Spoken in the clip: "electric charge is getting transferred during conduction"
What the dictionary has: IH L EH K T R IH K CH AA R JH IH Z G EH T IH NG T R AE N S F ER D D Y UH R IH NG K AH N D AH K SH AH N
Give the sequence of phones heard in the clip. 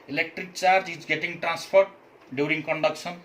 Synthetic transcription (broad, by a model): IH L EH K T R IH K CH AA R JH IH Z G EH T IH NG T R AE N S P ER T D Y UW R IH NG K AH N D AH K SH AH N